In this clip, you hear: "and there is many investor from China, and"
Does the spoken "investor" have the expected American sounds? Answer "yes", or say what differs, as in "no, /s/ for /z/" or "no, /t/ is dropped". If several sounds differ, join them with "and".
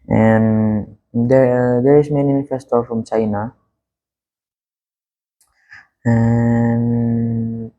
no, /f/ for /v/